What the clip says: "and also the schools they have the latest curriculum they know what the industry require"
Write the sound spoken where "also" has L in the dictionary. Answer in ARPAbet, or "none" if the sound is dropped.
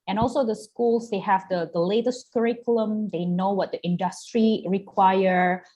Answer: L